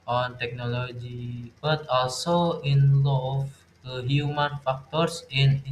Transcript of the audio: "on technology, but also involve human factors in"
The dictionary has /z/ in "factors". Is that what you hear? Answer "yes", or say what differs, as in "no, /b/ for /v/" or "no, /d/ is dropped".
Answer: no, /s/ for /z/